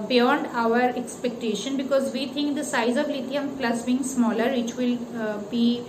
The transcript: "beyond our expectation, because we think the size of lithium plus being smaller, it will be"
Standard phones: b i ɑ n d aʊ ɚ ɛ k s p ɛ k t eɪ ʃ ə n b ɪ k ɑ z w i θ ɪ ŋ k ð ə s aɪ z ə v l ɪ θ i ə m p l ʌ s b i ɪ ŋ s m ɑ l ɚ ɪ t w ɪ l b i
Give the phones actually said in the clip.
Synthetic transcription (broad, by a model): b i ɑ n d aʊ ɚ ɛ k s p ɛ k t eɪ ʃ ə n b ɪ k ɑ z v i t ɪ ŋ k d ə s aɪ z ə v l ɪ t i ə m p l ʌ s b i ɪ ŋ s m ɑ l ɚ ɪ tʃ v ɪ l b i